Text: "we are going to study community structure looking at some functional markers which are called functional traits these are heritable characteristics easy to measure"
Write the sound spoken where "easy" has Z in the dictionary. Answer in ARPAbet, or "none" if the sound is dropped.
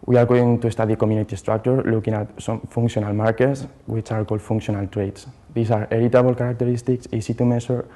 S